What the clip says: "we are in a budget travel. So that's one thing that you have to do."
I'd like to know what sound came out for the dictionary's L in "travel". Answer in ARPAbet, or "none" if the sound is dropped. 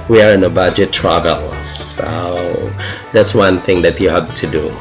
L